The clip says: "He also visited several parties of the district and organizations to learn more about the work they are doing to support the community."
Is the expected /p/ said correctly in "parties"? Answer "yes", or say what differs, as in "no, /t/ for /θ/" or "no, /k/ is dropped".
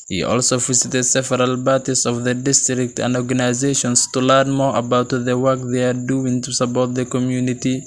no, /b/ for /p/